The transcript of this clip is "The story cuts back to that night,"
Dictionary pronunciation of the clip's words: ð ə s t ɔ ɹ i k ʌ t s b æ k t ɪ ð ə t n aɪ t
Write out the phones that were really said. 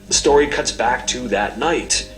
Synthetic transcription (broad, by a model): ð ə s t ɔ ɹ i k ʌ t s b æ k t ɪ ð ə t n aɪ t